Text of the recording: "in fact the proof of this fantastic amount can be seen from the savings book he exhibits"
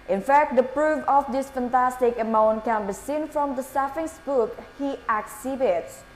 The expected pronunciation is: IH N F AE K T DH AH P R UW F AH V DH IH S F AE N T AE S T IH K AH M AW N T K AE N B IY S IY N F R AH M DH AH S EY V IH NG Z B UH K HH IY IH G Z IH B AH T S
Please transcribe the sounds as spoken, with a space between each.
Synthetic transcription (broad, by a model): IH N F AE K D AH P R UW F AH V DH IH S F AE N T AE S T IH K AH M AW N T K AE N B IY S IY N F R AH M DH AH S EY F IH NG S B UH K HH IY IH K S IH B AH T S